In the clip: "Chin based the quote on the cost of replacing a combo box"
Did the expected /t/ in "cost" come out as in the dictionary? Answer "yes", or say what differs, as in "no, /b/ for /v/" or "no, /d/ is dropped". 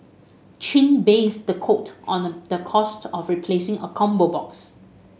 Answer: yes